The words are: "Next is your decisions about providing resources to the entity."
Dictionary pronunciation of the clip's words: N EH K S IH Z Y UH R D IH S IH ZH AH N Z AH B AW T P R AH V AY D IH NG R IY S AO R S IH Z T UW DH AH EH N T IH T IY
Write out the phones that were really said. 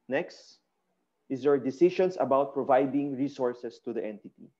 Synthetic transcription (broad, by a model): N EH K S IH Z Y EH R D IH S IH SH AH N S AH B AW T P R AH V AY D IH NG R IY S AO R S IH S T UW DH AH EH N T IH T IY